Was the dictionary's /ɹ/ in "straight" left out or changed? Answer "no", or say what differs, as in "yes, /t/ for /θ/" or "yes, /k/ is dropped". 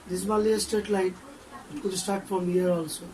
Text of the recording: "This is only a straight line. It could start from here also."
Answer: yes, /ɹ/ is dropped